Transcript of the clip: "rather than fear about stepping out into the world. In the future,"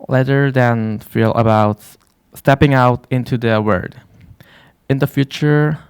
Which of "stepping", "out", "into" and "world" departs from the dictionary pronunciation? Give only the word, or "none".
world